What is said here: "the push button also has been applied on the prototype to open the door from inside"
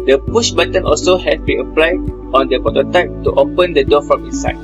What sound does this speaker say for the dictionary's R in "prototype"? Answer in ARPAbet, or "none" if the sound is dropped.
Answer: none